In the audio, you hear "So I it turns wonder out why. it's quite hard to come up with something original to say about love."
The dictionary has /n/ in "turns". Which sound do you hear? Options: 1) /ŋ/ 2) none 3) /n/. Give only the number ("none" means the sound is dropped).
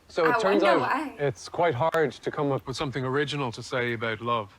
3